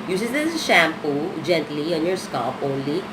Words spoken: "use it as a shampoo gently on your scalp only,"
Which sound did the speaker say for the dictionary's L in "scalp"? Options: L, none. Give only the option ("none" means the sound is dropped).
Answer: none